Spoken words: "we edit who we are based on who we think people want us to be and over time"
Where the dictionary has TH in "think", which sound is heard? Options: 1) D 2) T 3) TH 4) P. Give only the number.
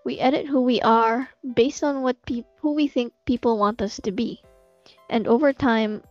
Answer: 3